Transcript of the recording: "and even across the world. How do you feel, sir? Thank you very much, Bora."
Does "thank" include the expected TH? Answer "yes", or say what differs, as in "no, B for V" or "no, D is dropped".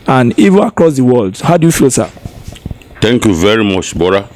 no, T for TH